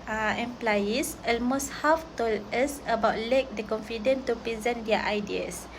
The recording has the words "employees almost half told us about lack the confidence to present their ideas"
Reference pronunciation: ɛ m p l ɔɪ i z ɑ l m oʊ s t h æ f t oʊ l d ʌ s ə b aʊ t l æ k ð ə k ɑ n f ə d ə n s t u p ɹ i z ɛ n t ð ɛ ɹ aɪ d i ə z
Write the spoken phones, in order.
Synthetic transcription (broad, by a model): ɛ m p l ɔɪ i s ɑ l m oʊ s t h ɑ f t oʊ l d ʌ s ə b aʊ t l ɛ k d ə k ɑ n f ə d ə n t u p ɹ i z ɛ n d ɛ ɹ aɪ d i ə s